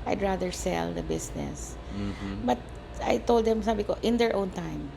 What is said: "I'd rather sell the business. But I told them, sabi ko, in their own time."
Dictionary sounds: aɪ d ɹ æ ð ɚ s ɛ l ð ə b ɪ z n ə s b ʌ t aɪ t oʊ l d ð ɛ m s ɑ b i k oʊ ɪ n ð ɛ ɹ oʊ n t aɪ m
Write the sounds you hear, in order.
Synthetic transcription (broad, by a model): aɪ d ɹ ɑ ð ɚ s ɛ l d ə b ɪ s n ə s b ʌ t aɪ t oʊ l d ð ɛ m s ɑ b i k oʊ ɪ n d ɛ ɹ oʊ n t aɪ m